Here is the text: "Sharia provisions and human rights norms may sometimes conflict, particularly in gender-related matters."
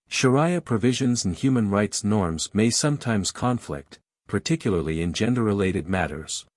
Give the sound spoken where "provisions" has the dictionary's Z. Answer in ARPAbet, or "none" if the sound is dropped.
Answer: Z